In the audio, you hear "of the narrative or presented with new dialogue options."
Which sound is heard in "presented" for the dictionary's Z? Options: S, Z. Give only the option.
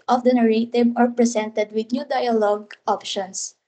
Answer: S